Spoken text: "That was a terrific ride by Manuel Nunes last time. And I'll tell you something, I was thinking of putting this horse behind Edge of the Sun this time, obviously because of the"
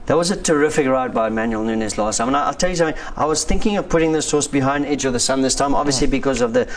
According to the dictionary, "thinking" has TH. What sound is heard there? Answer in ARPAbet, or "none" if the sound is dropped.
TH